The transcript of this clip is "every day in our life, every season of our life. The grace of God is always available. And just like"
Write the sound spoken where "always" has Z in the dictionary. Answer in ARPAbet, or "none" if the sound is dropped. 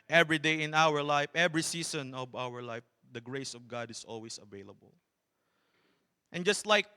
S